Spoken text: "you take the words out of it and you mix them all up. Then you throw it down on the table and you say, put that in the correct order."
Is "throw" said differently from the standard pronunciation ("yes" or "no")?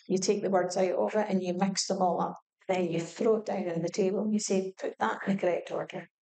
no